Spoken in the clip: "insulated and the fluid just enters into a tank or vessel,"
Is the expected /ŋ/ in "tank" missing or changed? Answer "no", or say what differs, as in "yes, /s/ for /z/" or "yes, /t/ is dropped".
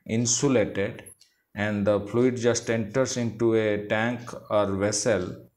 no